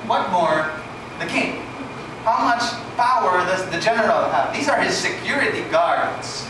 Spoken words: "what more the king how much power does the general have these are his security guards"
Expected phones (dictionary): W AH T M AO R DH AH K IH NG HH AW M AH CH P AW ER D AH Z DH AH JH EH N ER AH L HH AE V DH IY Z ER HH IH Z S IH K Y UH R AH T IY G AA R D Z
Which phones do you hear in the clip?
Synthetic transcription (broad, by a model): W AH T M AO R DH AH K IH NG HH AW M AH CH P AW ER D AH Z DH AH JH EH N ER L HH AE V DH IY Z ER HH IH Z S IH K Y UH R AH T IY G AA R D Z